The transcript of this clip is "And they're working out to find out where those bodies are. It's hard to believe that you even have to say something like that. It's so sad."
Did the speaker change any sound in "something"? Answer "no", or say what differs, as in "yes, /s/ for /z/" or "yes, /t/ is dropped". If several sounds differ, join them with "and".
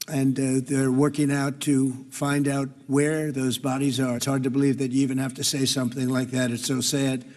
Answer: no